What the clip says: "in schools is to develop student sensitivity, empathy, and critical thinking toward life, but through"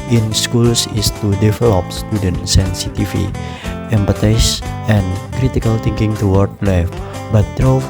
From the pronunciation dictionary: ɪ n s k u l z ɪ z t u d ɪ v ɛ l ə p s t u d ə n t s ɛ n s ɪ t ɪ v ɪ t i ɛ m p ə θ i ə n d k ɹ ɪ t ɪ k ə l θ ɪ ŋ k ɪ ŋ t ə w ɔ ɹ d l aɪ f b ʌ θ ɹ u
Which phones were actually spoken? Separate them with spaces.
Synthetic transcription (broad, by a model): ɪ n s k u l s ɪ s t u d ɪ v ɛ l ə p s t u d ə n t s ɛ n s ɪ t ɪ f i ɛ m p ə t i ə n k ɹ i t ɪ k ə l t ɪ ŋ k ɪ ŋ t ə w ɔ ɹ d l aɪ f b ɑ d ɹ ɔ